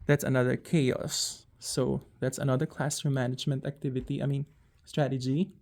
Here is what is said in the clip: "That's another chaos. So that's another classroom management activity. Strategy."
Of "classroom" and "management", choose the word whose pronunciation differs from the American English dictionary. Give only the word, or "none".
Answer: classroom